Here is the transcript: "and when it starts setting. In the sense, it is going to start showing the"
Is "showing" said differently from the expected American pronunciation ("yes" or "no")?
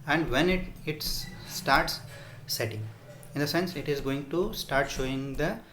no